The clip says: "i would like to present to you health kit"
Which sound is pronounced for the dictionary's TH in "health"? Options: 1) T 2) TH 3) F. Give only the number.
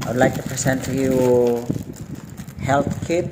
1